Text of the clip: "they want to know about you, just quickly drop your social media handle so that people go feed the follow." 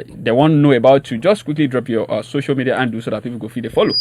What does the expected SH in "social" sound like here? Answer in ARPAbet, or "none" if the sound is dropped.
SH